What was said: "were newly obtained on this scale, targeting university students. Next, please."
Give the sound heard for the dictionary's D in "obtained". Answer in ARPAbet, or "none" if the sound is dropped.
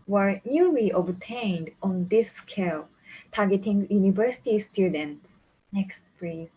D